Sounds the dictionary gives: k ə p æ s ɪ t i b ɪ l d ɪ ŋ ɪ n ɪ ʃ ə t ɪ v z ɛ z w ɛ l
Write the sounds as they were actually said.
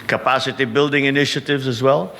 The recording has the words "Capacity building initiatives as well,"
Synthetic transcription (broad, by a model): k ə p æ s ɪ t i b ɪ l d ɪ ŋ ɪ n ɪ ʃ ə t ɪ v z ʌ z w ɛ l